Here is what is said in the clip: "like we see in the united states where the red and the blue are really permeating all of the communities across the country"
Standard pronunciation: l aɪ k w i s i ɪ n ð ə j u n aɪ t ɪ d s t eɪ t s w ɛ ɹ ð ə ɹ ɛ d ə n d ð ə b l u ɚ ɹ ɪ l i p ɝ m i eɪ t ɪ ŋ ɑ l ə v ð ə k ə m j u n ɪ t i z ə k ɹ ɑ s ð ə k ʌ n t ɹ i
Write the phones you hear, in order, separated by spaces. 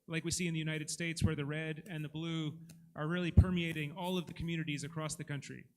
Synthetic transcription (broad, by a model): l aɪ k w i s i ɪ n ð ə j u n aɪ t ɪ d s t eɪ t s w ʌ ɹ ð ə ɹ ɛ d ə n ð ə b l u ɚ ɹ ɪ l i p ɝ m i eɪ t ɪ ŋ ɑ l ə v ð ə k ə m j u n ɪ t i z ə k ɹ ɑ s ð ə k ʌ n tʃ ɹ i